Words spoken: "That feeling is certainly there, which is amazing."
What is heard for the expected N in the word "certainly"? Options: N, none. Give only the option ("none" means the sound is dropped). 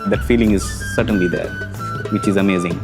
N